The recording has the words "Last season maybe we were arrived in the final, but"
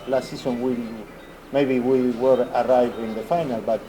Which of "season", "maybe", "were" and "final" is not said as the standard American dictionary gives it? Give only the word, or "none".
season